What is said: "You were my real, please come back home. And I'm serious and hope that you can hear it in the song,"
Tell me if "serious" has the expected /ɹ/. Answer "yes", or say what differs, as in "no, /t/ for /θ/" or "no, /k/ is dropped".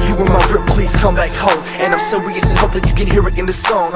no, /ɹ/ is dropped